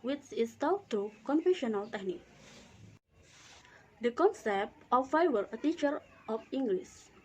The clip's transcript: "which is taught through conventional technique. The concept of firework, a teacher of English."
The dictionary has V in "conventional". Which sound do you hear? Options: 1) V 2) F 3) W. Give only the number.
2